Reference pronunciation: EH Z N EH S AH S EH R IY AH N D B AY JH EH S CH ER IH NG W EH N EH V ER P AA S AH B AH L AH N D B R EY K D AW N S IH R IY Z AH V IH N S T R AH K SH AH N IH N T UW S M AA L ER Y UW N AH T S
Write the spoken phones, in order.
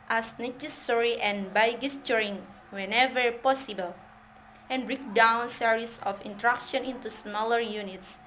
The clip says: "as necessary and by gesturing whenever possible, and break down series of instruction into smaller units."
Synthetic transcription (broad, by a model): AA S N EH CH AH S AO R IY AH N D B AY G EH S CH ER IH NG W EH N EH V ER P AA S AH B AH L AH N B R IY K D AW N S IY R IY S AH F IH N T R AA K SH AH N IH N T UW S M AA L ER Y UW N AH T S